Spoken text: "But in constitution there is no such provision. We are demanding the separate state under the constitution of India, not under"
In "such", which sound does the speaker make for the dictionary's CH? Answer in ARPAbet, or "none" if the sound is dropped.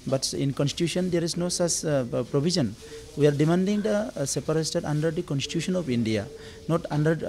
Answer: S